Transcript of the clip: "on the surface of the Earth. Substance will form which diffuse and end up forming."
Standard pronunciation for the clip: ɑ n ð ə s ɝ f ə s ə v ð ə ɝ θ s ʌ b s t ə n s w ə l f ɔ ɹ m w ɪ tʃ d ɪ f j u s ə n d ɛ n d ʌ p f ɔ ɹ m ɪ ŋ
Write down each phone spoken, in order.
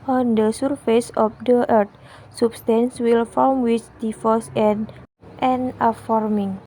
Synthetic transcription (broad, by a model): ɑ n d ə s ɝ f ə s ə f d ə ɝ t s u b s t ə n s w ə l f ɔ l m w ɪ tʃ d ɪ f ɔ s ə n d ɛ n ʌ f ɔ ɹ m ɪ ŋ